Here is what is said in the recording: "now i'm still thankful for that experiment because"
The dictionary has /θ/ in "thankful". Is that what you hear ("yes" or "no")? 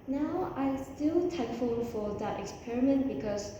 no